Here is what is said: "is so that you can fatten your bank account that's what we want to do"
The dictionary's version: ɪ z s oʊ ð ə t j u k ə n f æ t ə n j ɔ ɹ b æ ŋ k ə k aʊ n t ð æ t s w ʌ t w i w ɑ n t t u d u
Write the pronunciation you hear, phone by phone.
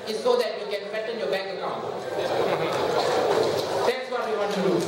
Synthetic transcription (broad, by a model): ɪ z s oʊ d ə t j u k ə n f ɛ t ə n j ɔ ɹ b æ k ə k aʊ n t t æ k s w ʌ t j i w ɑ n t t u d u